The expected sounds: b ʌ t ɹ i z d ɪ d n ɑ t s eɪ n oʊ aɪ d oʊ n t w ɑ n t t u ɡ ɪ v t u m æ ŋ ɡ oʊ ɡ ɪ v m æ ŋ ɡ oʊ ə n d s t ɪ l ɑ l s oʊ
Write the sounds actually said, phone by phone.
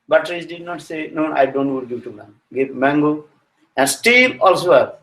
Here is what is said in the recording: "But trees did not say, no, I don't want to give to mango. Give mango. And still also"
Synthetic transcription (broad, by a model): b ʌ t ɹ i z d ɪ d n ɑ t s eɪ n oʊ aɪ d oʊ n t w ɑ t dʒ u t u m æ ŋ ɡ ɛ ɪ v m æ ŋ ɡ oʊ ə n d s t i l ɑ l s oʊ